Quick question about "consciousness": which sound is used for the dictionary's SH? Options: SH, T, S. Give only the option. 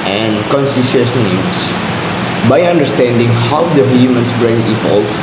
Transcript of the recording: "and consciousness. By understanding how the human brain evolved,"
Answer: S